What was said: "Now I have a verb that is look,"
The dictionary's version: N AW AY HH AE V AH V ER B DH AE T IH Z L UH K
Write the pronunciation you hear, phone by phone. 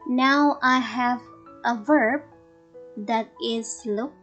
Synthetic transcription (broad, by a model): N AW AY HH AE V AH V ER B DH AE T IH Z L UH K